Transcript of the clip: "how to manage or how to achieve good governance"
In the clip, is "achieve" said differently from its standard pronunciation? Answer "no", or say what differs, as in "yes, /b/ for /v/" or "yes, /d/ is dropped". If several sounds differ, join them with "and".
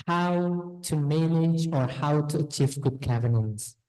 no